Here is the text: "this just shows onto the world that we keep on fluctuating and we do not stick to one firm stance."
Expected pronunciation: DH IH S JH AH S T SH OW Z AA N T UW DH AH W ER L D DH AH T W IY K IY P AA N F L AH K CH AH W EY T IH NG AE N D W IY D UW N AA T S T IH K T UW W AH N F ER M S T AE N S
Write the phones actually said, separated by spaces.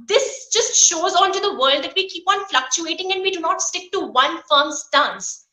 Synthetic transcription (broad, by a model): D IH S JH AH S T SH OW Z AA N T UW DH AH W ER L D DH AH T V IY K IY P AA N F L AH K CH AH EY T IH NG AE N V IY D UW N AA T S T IH K T UW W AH N F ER M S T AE N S